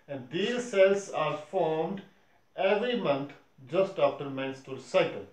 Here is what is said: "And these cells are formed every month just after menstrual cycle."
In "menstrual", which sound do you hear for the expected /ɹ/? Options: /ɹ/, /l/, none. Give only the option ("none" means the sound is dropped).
none